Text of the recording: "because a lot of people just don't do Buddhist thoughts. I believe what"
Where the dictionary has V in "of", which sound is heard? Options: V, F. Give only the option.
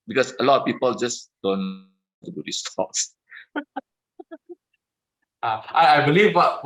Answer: F